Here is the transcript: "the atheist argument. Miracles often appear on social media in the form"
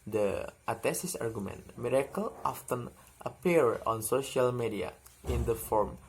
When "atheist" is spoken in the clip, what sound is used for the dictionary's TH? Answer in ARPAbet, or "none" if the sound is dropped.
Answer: T